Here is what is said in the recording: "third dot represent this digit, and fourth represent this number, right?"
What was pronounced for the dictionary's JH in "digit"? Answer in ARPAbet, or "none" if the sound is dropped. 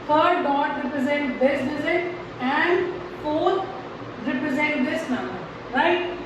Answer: Z